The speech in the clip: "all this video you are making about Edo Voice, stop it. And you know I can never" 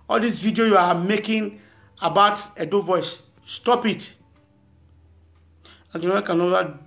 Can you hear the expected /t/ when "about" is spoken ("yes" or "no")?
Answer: yes